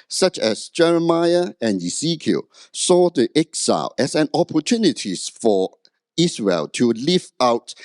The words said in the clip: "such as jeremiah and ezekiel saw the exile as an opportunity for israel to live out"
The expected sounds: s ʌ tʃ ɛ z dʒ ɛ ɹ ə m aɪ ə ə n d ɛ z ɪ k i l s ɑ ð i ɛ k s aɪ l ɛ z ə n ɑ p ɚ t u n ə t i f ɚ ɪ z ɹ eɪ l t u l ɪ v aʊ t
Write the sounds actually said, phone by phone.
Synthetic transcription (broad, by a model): s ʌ tʃ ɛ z dʒ ɛ ɹ ə m aɪ ə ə n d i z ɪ k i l s ɑ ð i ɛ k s aɪ l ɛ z ə n ɑ p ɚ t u n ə t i f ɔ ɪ s ɹ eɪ l t u l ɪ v aʊ t